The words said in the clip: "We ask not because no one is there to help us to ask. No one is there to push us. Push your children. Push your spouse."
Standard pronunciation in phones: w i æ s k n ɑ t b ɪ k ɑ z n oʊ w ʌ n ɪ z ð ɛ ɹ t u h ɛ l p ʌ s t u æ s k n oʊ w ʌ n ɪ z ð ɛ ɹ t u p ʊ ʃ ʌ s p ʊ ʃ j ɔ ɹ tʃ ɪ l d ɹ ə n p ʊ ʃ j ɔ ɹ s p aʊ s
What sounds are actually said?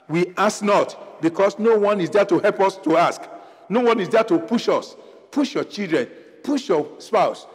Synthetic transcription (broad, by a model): w i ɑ s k n ɑ t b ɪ k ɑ s n oʊ w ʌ n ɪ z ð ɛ t u h ɛ l p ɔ s t u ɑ s k n oʊ w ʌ n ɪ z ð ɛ t u p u ʃ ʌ s p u ʃ j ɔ tʃ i l d ɹ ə n p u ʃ j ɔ s p aʊ s